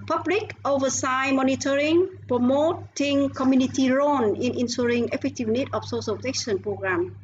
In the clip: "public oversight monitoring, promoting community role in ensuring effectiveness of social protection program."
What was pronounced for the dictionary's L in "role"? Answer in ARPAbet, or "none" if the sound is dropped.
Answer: N